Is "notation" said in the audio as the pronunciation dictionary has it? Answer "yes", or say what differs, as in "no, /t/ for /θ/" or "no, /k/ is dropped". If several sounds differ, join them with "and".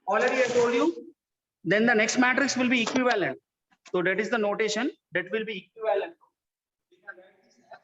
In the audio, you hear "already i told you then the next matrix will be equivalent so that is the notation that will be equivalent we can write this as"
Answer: yes